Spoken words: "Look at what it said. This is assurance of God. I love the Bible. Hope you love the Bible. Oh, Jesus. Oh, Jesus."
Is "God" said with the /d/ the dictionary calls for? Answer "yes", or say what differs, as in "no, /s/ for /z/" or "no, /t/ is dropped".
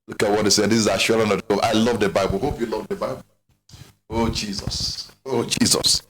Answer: no, /d/ is dropped